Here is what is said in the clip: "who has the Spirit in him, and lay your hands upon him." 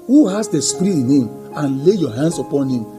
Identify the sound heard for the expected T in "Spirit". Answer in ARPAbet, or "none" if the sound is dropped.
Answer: none